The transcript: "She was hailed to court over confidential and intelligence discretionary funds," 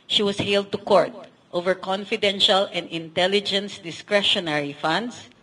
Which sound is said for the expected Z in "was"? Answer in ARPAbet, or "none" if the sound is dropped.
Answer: S